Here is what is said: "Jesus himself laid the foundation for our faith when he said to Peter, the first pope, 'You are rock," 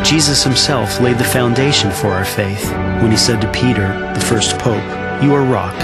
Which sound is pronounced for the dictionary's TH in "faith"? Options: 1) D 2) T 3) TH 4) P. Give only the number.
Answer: 3